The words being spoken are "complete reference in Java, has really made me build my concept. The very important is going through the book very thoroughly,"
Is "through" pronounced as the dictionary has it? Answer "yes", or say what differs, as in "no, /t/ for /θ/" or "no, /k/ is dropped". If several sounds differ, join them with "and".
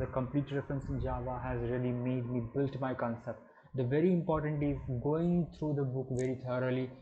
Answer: no, /t/ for /θ/